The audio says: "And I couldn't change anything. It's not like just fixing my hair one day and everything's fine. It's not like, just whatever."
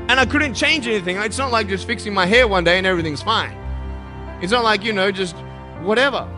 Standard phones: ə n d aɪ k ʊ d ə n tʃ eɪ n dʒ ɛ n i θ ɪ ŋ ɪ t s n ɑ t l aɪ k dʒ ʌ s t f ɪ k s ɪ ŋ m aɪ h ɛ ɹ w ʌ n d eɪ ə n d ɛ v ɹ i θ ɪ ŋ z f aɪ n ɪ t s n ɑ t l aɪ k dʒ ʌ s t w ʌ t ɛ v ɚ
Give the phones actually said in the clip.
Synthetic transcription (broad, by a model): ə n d aɪ k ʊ d n tʃ eɪ n dʒ ɛ n i θ ɪ ŋ ɪ t s n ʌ t l aɪ k dʒ ʌ s t f ɪ k s ɪ ŋ m aɪ h ɛ ɹ w ʌ n d eɪ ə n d ɛ v ɹ i θ ɪ ŋ z f aɪ n ɪ t s n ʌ t l aɪ k dʒ ʌ s t w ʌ t ɛ v ɚ